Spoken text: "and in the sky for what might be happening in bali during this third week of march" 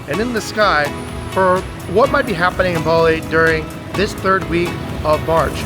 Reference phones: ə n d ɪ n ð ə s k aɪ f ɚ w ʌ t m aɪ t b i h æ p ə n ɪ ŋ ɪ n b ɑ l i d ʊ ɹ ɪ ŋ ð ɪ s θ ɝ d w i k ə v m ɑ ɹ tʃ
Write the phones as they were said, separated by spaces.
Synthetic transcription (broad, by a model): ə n ɪ n ð ə s k aɪ f ɚ w ʌ t m aɪ t b i h æ p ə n ɪ ŋ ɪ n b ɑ l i d ʊ ɹ ɪ ŋ ð ɪ s θ ɝ d w i k ə v m ɑ ɹ tʃ